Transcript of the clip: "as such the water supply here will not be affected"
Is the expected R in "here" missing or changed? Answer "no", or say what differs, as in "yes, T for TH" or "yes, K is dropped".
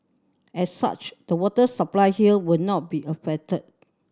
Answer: yes, L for R